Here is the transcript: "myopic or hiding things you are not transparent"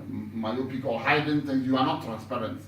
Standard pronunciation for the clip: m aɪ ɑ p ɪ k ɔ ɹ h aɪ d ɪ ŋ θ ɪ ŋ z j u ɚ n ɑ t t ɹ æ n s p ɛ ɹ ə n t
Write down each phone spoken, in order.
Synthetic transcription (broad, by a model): m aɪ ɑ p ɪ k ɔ l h aɪ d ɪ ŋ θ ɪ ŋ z j u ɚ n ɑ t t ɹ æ n s p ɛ ɹ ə n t